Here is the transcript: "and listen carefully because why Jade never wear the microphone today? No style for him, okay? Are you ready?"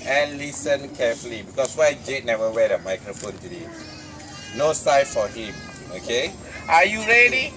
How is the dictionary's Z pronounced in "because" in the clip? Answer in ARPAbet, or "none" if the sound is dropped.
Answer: S